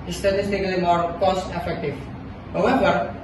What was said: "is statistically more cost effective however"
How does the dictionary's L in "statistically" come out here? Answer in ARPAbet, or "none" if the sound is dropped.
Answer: L